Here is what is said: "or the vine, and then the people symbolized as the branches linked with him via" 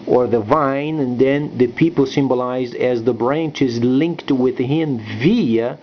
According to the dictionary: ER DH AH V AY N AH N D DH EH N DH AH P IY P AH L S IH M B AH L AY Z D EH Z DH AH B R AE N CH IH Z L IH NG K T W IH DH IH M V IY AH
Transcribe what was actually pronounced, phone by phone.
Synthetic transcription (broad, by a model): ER DH AH V AY N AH N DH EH N DH AH P IY P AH L S IH M B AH L AY Z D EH Z DH AH B R AE N CH IH Z L IH NG K T W IH DH IH M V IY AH